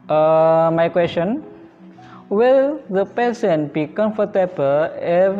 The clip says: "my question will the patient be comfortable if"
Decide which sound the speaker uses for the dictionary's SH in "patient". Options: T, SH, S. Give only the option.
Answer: S